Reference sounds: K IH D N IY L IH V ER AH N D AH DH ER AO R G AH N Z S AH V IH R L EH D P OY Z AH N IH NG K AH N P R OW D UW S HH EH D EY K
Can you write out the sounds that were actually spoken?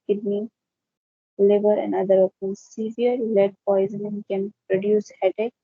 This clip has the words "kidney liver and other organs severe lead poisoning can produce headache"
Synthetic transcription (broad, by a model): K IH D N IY L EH B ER AH N D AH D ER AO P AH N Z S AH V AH R L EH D P OY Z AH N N K AH N P R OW D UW S HH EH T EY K